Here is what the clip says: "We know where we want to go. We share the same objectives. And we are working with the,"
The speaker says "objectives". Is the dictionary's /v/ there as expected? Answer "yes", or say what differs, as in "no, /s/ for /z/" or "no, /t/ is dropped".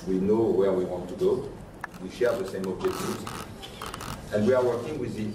no, /v/ is dropped